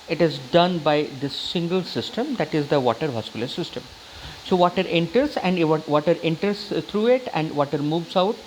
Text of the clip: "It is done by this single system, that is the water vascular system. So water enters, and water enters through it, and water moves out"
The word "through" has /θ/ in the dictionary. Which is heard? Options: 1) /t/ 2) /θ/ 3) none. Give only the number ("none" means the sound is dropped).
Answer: 1